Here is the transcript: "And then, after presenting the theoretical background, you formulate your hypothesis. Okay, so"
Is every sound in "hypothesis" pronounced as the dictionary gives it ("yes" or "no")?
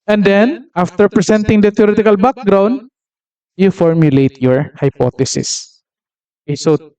no